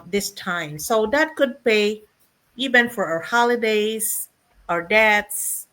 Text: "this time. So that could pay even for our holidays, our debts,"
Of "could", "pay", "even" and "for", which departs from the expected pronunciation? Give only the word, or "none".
none